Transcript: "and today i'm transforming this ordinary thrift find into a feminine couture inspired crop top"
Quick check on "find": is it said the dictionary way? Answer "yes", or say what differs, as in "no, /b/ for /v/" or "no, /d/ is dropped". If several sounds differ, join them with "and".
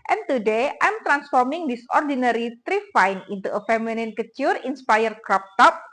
no, /d/ is dropped